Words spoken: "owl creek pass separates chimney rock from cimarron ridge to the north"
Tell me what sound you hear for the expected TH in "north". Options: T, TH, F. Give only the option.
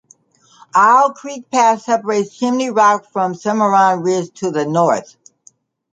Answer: TH